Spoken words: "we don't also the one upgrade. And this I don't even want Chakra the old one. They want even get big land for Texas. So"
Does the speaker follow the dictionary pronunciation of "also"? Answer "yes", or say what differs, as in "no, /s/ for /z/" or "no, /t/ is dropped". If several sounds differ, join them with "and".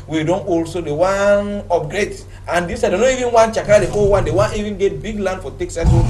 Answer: yes